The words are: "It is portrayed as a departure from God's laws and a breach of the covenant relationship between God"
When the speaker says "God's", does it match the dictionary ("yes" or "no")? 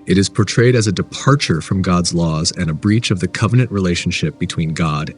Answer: yes